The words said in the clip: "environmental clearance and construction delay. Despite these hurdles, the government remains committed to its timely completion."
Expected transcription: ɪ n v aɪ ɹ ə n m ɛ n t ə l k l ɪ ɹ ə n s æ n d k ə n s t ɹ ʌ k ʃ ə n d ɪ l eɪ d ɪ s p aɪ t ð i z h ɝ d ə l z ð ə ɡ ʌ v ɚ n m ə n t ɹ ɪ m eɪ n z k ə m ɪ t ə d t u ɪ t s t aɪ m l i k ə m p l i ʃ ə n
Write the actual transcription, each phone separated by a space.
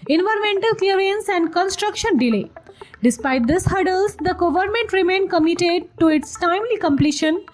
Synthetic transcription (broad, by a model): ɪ n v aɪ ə m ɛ n t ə l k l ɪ ɹ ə n s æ n d k ə n s t ɹ ʌ k ʃ ə n d ɪ l eɪ d ɪ s p aɪ t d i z h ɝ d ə l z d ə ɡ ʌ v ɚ n m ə n t ɹ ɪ m eɪ n k ə m ɪ t ə d t u ɪ t s t aɪ m l i k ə m p l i ʃ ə n